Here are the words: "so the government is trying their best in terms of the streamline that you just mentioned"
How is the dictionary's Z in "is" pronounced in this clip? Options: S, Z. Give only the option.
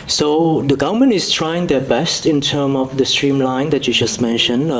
S